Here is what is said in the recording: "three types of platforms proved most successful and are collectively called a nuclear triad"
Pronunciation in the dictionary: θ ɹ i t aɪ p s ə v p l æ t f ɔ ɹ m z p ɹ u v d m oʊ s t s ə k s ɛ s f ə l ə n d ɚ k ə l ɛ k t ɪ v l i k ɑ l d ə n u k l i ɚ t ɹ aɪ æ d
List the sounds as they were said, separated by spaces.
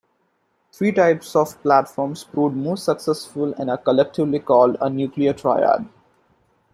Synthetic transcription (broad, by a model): t ɹ i t aɪ p s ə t p l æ t f ɔ ɹ m s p ɹ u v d m oʊ s t s ə k s ɛ s f ə l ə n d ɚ k ə l ɛ k t ɪ v l i k ɑ l d ə n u k l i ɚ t ɹ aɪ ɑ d